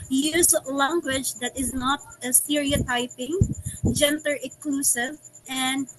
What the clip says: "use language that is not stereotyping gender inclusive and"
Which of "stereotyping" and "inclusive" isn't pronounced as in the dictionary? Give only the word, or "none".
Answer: inclusive